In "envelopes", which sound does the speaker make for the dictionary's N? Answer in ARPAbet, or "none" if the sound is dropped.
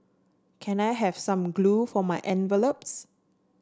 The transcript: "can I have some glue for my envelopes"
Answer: N